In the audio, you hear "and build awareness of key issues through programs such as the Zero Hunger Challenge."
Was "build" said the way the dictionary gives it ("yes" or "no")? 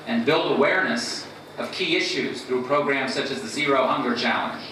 yes